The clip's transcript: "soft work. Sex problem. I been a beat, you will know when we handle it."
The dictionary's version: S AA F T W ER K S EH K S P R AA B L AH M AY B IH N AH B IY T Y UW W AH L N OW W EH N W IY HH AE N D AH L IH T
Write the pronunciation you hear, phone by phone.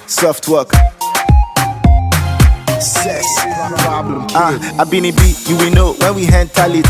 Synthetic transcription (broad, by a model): S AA F T W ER K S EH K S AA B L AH AY B IH N AH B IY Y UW W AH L N OW W EH N W IY HH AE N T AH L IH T